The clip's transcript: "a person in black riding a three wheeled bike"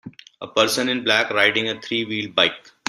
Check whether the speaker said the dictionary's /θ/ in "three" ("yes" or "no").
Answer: no